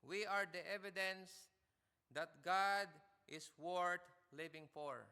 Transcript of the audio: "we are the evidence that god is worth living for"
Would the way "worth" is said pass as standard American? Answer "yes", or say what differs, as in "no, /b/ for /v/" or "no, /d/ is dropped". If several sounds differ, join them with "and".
no, /t/ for /θ/